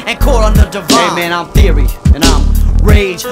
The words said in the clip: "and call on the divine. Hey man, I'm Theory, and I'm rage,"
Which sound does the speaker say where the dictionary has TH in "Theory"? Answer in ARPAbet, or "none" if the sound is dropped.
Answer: TH